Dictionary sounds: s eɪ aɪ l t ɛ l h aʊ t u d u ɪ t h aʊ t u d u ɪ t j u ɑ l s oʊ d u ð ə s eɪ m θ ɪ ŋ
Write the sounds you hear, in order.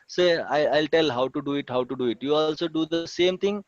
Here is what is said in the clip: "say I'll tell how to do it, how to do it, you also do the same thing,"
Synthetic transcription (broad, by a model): s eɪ aɪ l t ɛ l h aʊ t u d u ɪ t h aʊ t u d u ɪ t j u ɑ l s oʊ d u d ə s eɪ m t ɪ ŋ